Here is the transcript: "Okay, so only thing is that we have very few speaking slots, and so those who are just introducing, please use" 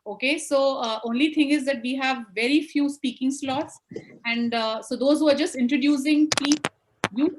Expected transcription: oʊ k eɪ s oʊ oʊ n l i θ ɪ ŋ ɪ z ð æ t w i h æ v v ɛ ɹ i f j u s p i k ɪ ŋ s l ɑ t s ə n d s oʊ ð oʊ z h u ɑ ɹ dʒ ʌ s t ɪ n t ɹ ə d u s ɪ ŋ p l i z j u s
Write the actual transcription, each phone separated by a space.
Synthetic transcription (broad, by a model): oʊ k eɪ s oʊ oʊ n l i t ɪ ŋ ɪ z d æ t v i h æ v v ɛ ɹ i f j u s p i k ɪ ŋ s l ɑ t s ə n d s oʊ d oʊ z h u ɑ ɹ dʒ ʌ s t ɪ n t ɹ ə d u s ɪ ŋ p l i j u